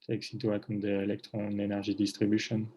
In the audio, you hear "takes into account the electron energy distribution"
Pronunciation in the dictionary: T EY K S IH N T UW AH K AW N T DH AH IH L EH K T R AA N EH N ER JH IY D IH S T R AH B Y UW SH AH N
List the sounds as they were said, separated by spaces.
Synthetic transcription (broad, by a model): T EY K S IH T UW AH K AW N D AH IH L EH K T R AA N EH N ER ZH IY D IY S T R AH B Y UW SH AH N